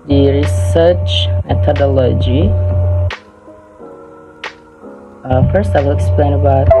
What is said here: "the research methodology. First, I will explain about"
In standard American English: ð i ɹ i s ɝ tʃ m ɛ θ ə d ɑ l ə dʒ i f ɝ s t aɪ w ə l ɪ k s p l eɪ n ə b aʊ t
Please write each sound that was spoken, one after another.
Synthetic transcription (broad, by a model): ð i ɹ i s ɝ tʃ m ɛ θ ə d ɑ l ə dʒ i f ɝ s t aɪ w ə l ɪ k s p l eɪ n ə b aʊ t